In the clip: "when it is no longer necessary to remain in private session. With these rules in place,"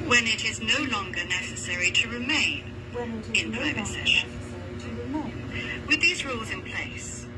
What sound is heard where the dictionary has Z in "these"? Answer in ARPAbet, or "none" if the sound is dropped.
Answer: Z